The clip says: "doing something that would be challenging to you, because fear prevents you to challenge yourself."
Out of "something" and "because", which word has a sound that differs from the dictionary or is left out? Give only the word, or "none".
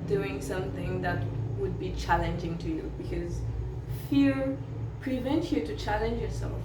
none